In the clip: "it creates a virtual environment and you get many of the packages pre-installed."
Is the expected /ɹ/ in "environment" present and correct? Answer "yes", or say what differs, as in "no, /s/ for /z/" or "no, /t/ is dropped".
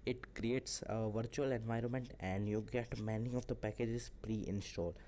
yes